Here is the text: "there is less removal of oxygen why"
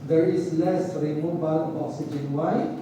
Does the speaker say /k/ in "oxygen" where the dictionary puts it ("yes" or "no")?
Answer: no